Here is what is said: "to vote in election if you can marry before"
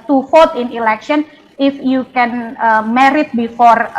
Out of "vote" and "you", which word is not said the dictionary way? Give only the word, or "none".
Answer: vote